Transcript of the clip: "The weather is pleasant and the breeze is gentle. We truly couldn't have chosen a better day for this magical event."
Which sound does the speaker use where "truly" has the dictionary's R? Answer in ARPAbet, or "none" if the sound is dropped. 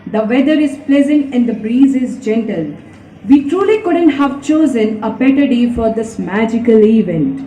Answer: R